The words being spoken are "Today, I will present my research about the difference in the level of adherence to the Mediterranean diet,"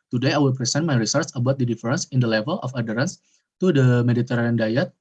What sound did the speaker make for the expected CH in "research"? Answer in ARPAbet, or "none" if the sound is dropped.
S